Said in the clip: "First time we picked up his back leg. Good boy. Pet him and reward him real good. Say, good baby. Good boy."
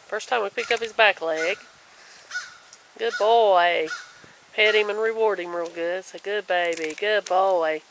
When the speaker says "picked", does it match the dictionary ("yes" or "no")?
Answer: no